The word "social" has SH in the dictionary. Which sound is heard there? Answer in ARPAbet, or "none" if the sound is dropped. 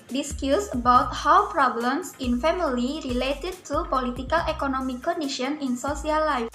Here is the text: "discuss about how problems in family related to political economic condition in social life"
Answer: S